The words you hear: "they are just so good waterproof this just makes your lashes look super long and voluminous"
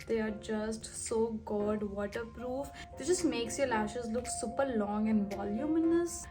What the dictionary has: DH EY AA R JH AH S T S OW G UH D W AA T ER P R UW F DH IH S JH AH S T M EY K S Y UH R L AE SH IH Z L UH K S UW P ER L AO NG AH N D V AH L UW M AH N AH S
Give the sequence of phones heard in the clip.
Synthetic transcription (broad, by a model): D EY AA R JH AH S T S OW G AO D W AA T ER P R UW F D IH JH AH S T M EY K S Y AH L AE SH IH Z L UH K S UW P ER L AO NG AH N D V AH L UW M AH N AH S